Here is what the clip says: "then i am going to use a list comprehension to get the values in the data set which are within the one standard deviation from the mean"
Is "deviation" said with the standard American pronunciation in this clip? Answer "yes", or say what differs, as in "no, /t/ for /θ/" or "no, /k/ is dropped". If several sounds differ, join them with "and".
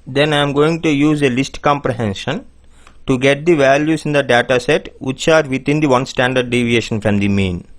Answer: yes